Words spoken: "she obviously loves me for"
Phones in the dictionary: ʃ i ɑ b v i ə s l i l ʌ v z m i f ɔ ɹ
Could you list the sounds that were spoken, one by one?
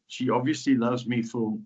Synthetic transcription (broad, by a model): ʃ i ɑ b v i ə s l i l ʌ v z m i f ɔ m